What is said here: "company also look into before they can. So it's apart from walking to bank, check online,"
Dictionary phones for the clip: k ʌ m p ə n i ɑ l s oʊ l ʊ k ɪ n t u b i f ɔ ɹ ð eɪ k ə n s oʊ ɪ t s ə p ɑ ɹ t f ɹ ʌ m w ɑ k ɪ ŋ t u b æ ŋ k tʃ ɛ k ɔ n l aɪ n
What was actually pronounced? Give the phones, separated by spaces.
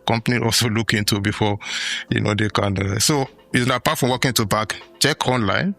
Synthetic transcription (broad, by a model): k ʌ m p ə n i ɑ l s oʊ l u k ɪ n t u b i f ɔ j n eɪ k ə n s oʊ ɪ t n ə p ɑ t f ɹ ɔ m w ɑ k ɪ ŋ t u b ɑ k tʃ ɛ k ɔ n l aɪ n